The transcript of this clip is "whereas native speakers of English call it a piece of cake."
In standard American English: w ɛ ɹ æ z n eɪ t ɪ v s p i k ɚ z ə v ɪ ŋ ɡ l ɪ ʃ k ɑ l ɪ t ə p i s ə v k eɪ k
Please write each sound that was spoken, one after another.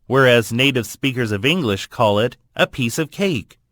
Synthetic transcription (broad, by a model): w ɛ ɹ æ z n eɪ t ɪ v s p i k ɚ z ə v ɪ ŋ ɡ l ɪ ʃ k ɑ l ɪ t ə p i s ə v k eɪ k